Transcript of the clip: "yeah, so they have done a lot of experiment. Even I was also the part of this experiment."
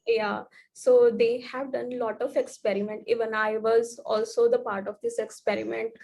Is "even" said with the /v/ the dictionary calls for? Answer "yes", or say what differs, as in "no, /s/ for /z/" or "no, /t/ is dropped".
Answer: yes